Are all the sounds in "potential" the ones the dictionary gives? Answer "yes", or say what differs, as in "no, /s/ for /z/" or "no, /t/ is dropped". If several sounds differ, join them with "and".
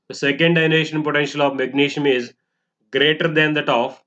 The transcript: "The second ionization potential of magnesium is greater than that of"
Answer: yes